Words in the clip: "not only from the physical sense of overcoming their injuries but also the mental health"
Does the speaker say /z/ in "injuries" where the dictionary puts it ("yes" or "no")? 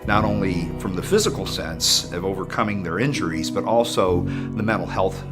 yes